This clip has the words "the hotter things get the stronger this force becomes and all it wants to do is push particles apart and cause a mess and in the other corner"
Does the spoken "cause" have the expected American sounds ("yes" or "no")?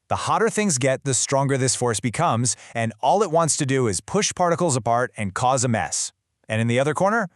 yes